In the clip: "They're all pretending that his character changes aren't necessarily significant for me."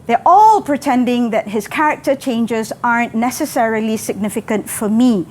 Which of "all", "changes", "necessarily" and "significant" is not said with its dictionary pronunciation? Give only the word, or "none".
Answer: none